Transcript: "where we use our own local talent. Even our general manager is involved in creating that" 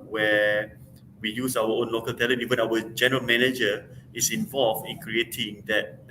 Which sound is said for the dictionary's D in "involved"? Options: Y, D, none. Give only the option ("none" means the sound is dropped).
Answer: none